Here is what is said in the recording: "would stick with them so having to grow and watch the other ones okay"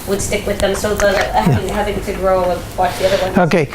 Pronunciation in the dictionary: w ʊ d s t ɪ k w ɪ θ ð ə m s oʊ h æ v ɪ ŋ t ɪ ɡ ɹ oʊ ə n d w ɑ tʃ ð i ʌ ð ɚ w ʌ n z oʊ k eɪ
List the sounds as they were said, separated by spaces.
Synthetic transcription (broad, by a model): w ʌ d s t ɪ k w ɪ ð ə m s oʊ h æ v ɪ ŋ t ɪ ɡ ɹ oʊ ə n w ɑ tʃ ð i ʌ ð ɚ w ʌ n oʊ k eɪ